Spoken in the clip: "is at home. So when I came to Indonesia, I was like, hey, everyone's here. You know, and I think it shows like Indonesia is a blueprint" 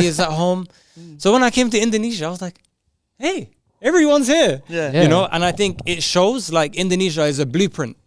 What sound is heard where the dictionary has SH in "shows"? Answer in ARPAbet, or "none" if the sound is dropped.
SH